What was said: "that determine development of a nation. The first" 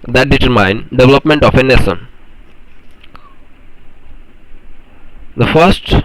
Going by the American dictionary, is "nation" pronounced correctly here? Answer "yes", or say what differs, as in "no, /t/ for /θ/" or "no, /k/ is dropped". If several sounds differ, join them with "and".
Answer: no, /s/ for /ʃ/